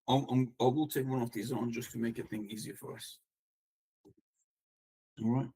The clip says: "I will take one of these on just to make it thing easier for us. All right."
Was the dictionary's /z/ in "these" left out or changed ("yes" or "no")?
no